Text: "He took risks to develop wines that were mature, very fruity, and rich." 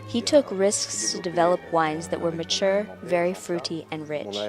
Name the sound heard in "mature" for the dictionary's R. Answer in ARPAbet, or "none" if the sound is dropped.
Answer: R